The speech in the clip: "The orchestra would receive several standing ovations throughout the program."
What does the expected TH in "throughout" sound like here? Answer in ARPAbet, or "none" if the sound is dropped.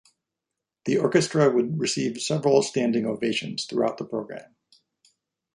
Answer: TH